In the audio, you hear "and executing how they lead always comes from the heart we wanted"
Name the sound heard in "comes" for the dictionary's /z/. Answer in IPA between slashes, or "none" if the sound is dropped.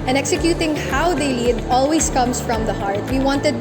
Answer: /s/